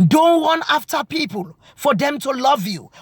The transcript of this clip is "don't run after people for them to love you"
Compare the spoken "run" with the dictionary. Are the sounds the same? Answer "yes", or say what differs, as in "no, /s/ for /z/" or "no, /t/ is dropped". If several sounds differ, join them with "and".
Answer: no, /w/ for /ɹ/